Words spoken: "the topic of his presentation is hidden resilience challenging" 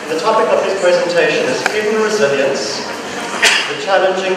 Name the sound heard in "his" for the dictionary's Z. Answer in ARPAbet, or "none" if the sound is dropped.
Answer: S